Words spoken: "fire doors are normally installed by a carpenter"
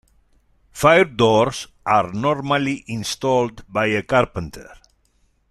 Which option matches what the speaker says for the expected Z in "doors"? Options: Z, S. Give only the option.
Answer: S